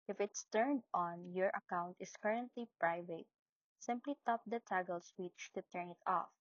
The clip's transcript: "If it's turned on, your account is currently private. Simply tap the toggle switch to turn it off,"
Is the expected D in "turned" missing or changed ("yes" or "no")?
no